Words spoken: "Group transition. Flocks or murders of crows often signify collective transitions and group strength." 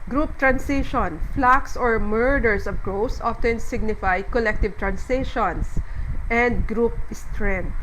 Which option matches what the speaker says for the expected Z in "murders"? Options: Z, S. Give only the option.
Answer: S